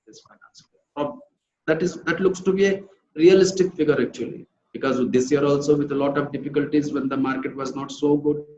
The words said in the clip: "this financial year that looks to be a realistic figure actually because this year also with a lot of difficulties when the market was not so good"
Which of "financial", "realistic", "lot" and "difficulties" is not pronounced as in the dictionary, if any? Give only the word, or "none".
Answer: financial